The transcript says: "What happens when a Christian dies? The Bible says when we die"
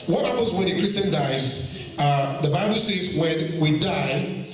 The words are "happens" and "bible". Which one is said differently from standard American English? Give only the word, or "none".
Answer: happens